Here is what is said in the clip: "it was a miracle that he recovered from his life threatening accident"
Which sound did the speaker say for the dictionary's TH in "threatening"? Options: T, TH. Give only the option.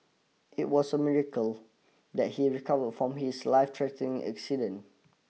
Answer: T